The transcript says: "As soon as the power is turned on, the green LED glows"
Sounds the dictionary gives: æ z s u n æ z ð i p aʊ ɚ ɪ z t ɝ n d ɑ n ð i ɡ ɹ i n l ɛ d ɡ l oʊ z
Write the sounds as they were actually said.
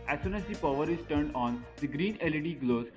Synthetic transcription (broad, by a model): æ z s u n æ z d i p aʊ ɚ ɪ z t ɝ n d ɑ n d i ɡ ɹ i n l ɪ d ɡ l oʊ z